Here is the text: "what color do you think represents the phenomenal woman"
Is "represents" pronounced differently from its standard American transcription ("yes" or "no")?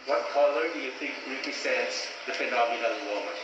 yes